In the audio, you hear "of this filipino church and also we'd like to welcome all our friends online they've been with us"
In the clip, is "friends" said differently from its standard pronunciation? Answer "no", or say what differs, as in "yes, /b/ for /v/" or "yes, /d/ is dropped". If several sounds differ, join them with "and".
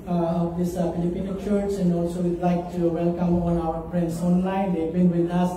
yes, /p/ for /f/